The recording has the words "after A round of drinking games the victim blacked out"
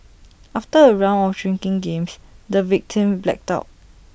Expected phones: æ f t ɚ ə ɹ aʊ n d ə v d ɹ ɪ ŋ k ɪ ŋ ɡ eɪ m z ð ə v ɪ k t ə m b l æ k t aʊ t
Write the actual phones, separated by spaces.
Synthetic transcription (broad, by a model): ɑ f t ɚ ə ɹ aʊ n ə f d ɹ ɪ ŋ k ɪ ŋ ɡ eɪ m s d ə v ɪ k t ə m b l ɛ k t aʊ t